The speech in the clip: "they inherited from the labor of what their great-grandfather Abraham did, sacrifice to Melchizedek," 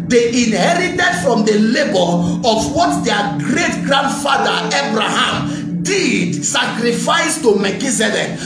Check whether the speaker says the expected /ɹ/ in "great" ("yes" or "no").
yes